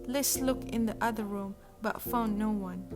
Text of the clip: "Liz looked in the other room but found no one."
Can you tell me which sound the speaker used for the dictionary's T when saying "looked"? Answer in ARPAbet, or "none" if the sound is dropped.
none